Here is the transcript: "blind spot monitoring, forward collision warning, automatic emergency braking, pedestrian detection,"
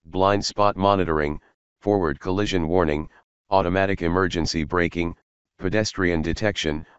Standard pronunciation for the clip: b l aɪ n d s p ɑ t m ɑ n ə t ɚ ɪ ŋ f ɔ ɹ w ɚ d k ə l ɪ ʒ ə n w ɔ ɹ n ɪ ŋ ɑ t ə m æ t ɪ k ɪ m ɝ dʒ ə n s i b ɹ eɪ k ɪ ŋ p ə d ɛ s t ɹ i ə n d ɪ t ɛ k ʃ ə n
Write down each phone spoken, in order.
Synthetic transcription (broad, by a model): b l aɪ n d s p ɑ t m ɑ n ə t ɚ ɪ ŋ f ɔ ɹ w ɚ d k ə l ɪ ʒ ə n w ɔ ɹ n ɪ ŋ ɑ t ə m æ t ɪ k ɪ m ɝ dʒ ə n s i b ɹ eɪ k ɪ ŋ p ə d ɛ s t ɹ i ə n d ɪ t ɛ k ʃ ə n